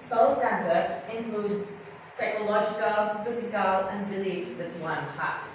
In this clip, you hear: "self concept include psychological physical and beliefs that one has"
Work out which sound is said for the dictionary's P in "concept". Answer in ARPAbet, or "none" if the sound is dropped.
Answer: none